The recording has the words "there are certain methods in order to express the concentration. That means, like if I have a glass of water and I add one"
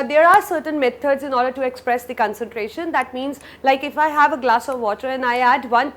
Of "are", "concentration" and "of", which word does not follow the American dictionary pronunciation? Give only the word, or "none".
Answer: none